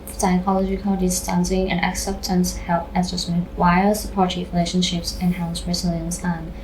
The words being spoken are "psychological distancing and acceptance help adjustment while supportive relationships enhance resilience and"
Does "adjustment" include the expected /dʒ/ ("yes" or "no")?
no